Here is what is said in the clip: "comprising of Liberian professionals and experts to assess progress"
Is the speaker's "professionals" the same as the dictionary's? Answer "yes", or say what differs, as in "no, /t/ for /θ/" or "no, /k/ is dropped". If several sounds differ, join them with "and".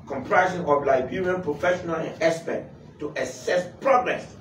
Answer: no, /z/ is dropped